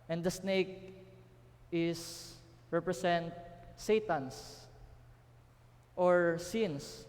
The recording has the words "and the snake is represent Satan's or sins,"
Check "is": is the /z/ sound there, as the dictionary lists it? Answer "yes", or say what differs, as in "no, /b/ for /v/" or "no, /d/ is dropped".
no, /s/ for /z/